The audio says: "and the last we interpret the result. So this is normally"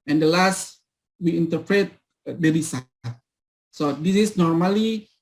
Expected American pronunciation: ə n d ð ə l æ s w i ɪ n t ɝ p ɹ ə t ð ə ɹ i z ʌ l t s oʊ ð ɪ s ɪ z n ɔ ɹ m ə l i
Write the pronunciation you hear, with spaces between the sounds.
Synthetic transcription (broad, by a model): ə n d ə l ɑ s w i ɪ n t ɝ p ɹ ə t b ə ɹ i s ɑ t s oʊ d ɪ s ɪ s n ɔ ɹ m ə l i